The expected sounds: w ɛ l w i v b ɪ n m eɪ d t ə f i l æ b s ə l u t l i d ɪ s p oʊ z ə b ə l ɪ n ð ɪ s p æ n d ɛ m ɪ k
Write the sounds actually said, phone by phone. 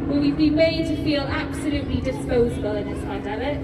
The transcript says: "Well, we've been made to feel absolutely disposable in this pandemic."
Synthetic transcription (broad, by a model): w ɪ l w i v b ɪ m eɪ d t ə f i l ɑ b s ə l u t l i d ɪ s p oʊ z ə b ə l ɪ n ð ɪ s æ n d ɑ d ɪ